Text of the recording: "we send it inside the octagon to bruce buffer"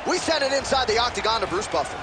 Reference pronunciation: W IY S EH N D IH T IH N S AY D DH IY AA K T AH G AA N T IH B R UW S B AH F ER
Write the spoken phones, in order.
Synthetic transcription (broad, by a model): W IY S EH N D IH T IH N S AY D DH IY AA K T AH G AA N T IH B R UW S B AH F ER